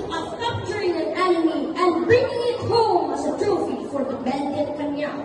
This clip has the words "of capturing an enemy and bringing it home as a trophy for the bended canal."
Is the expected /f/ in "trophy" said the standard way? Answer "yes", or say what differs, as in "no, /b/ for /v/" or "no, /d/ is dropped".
yes